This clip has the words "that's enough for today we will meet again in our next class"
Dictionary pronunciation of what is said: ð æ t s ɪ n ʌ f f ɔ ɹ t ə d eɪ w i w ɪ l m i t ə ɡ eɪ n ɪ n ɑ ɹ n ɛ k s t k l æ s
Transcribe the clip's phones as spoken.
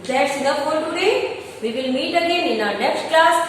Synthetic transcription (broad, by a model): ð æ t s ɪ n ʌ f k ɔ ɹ t ə d eɪ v i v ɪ l m i t ə ɡ eɪ n ɪ n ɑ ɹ n ɛ k s t k l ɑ s